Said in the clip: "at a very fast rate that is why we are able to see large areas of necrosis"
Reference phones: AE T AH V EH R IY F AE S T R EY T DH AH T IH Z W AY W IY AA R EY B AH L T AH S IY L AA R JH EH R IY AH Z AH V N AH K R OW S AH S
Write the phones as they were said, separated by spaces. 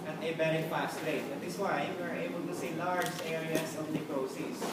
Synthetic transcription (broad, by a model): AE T AH B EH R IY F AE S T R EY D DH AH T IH S W AY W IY R EY B AH L T AH S IY L AA R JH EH R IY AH S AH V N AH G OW S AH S